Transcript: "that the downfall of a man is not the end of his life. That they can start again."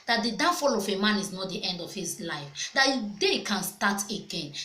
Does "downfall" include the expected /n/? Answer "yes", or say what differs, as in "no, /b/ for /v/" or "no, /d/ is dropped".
no, /n/ is dropped